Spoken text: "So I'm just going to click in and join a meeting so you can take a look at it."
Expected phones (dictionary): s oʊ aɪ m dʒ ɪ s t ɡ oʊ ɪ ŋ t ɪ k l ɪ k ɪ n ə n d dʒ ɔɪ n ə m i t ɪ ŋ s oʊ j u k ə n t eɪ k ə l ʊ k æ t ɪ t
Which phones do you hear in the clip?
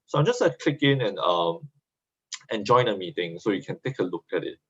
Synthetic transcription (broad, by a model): s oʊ aɪ m dʒ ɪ s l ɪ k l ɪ k ɪ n ɪ n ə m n dʒ ɔɪ n ə m i t ɪ ŋ s oʊ j u k ə n t eɪ k ə l ʊ k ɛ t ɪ t